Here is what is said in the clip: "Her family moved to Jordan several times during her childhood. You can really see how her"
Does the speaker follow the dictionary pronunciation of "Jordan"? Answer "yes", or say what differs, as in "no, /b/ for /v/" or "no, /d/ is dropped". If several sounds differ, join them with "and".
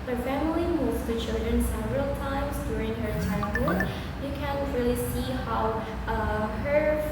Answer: no, /tʃ/ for /dʒ/ and /l/ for /ɹ/